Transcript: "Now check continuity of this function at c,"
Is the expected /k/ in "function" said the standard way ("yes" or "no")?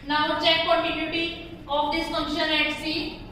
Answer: no